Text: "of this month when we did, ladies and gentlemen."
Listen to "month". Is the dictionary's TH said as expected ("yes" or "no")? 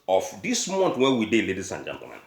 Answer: no